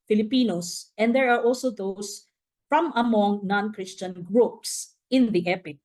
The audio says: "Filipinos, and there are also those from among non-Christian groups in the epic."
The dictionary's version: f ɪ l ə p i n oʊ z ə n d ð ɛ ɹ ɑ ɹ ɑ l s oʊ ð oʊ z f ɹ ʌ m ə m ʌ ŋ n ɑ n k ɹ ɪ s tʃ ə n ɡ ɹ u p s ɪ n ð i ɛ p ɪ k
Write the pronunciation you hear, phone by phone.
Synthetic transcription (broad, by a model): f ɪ l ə p i n oʊ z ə n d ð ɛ ɹ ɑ ɹ ɑ l s oʊ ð oʊ s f ɹ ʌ m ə m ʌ ŋ n ɑ n k ɹ ɪ s tʃ ə n ɡ ɹ u p s ɪ n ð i ɛ p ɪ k